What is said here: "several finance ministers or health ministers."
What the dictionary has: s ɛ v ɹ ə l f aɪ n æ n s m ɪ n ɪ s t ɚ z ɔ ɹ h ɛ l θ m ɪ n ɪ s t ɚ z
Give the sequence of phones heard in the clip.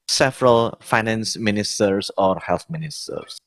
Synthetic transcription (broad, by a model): s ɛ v ɹ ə l f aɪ n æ n s m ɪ n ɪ s t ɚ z ɔ ɹ h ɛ l t m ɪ n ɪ s t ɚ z